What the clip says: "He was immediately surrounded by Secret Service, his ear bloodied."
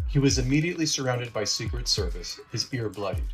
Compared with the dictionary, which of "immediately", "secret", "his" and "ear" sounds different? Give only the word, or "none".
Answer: none